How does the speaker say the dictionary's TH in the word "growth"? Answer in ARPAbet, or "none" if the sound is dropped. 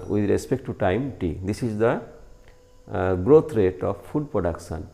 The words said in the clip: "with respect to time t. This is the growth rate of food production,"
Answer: T